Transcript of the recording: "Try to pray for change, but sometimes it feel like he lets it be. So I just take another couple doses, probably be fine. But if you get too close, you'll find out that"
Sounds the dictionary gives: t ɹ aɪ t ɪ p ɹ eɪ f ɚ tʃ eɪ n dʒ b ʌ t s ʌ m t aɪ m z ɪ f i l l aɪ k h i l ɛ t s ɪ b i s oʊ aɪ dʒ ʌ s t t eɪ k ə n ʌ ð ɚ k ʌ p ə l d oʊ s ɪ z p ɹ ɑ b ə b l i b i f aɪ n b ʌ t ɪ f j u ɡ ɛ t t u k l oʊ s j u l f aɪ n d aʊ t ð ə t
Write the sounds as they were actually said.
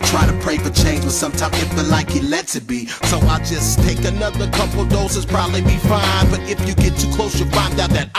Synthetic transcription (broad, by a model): t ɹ aɪ t ɪ p ɹ eɪ f ɚ tʃ eɪ n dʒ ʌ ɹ s ʌ m t aɪ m ɪ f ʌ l l aɪ k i l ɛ t ɪ b i s oʊ aɪ dʒ ʌ s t t eɪ k ə n ʌ ð ɚ k ʌ p l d oʊ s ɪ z p ɹ ɑ b ə b l i b i f aɪ n b ʌ t ɪ f j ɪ ɡ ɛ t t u k l oʊ s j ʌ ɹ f aɪ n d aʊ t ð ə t